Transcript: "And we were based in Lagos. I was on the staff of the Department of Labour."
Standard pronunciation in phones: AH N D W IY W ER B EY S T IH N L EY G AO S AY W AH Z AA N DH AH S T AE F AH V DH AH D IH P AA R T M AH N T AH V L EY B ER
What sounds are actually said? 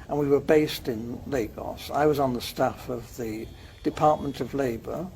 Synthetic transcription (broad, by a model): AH N W IY W ER B EY S T IH N L EY G AO S AY W AH Z N DH AH S T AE F AH V DH AH D IH P AA R T M AH N T AH V L EY B ER